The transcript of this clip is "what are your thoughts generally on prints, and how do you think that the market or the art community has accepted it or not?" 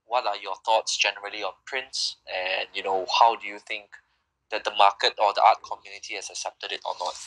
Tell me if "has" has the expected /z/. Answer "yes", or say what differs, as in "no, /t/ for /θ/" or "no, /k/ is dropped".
no, /s/ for /z/